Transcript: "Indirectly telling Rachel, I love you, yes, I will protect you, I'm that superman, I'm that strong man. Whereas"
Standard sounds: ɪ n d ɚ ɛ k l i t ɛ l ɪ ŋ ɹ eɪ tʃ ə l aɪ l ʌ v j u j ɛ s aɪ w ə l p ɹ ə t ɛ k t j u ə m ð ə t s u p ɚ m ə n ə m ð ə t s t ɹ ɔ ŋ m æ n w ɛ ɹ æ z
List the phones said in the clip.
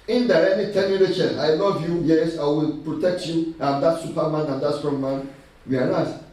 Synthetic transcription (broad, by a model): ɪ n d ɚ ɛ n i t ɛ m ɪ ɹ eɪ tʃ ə n aɪ n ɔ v j u j ɛ s aɪ w ə l p ɹ ə t ɛ k t j u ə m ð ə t s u p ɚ m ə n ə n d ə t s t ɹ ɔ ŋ m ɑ n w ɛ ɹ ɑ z